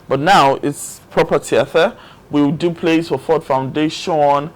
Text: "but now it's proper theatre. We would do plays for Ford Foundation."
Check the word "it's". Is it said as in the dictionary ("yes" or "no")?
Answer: yes